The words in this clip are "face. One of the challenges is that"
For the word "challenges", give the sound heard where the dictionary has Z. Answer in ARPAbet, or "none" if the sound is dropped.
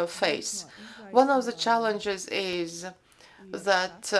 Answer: Z